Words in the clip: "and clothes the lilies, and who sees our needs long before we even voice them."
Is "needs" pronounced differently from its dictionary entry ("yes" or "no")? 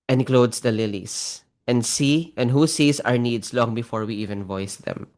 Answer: yes